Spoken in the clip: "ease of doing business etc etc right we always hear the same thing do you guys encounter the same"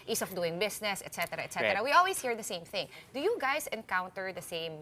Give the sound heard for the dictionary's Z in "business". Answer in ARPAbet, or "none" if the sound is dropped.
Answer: S